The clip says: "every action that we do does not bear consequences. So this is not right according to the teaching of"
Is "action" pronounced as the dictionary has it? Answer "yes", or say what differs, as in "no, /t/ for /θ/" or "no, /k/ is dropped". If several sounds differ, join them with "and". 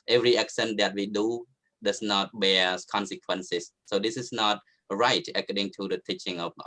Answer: no, /s/ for /ʃ/